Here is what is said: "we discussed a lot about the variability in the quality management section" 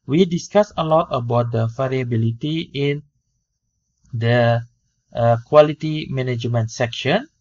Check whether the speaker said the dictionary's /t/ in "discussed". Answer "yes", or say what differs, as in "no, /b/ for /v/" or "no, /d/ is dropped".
no, /t/ is dropped